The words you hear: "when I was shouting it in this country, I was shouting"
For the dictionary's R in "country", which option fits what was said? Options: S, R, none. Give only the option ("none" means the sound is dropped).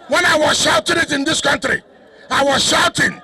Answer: R